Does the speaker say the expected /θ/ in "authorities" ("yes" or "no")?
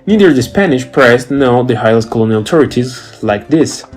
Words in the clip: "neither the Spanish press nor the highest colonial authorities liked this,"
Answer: no